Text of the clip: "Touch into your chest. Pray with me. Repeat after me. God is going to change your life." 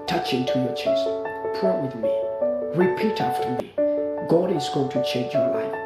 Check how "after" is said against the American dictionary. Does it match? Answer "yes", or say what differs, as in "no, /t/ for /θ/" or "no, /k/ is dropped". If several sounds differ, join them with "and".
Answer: yes